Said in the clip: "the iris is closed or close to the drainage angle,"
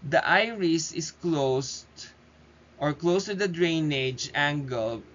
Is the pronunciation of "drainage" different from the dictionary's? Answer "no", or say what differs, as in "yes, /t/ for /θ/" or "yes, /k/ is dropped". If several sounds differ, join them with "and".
no